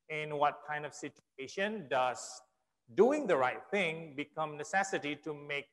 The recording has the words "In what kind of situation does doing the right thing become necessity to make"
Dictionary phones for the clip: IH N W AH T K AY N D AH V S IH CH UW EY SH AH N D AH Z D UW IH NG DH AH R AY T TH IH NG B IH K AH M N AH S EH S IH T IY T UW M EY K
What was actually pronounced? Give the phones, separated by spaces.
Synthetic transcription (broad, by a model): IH N W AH T K AY N D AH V S IH CH UW EY SH AH N D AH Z D UW IH NG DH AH R AY T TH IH NG B IH K AH M N AH S EH S IH T IY T UW M EY K